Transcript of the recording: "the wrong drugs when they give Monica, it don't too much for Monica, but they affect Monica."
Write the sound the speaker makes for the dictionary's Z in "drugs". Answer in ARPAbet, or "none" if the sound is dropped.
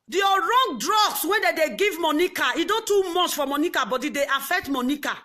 S